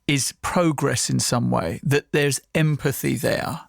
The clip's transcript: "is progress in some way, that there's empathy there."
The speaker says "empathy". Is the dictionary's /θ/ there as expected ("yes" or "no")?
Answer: yes